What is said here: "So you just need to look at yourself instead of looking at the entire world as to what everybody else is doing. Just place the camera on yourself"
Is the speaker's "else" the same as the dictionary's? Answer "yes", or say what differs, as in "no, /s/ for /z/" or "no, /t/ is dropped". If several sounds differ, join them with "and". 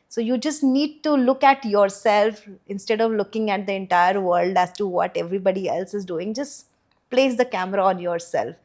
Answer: yes